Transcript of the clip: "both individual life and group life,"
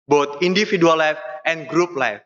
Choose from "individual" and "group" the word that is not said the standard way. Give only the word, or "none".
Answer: individual